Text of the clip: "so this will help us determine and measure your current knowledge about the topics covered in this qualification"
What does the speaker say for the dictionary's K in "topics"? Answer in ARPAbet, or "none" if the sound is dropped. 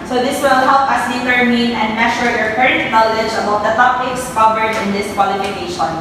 K